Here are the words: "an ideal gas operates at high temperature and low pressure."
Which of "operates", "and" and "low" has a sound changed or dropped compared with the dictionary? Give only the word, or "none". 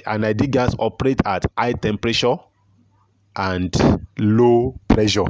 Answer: operates